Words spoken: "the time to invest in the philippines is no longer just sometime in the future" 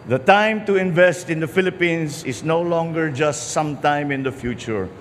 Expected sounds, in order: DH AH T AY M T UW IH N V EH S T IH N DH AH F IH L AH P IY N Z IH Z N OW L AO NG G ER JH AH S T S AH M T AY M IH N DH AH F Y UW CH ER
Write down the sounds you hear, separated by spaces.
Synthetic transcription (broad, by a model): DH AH T AY M T UW IH N V EH S T IH N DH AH F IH L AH P IY N S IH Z N OW L AO NG G ER JH AH S T S AH M T AY M IH N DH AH F Y UW CH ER